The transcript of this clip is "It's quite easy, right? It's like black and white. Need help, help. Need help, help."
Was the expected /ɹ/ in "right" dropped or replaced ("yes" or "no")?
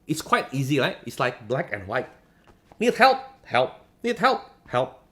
yes